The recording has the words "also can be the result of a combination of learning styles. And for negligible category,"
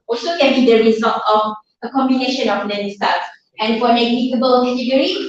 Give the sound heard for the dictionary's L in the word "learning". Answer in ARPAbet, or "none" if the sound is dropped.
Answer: N